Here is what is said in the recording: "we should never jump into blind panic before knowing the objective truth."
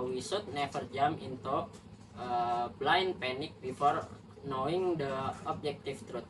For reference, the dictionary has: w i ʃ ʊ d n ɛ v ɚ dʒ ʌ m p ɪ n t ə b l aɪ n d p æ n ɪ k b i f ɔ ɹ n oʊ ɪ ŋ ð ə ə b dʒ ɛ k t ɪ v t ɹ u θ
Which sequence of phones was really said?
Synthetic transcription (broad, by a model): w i s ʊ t n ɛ f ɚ dʒ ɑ m ɪ n t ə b l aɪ n p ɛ n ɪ k b i f ɔ ɹ n oʊ ɪ ŋ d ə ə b dʒ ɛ k t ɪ f t ɹ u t